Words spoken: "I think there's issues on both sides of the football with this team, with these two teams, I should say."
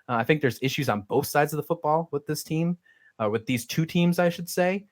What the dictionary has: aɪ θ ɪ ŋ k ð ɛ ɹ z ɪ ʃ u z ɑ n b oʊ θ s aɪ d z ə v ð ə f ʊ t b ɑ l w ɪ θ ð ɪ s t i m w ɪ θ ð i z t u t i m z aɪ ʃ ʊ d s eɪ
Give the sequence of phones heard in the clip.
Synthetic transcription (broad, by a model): aɪ θ ɪ ŋ k ð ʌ ɹ z ɪ ʃ u z n b oʊ θ s aɪ d z ə v ð ə f ʊ t b ɑ l w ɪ ð ɪ s t i m w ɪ ð i z t u t i m z aɪ ʃ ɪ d s eɪ